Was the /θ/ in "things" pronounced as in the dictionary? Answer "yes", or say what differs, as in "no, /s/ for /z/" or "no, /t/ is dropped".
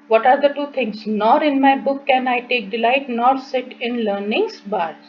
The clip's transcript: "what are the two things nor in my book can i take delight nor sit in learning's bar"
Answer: no, /t/ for /θ/